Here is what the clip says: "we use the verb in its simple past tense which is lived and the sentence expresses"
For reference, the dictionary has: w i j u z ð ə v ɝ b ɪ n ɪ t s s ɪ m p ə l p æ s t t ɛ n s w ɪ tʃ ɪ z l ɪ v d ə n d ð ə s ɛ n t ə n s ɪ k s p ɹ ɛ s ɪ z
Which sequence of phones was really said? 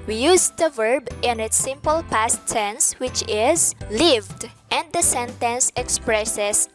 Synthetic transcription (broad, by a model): w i j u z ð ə v ɝ b ɪ n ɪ t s s ɪ m p ə l p æ s t s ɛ n s w ɪ tʃ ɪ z l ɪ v d ə n d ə s ɛ n t ə n s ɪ k s p ɹ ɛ s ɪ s